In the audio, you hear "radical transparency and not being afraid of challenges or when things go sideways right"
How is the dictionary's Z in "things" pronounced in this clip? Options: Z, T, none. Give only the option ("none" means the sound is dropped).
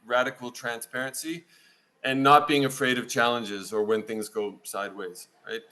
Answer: Z